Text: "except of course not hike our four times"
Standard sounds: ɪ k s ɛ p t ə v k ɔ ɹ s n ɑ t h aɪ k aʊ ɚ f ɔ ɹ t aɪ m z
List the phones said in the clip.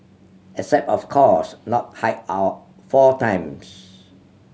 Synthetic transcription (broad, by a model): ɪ s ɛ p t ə f k ɔ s n ɑ t h aɪ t aʊ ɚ f ɔ t aɪ m s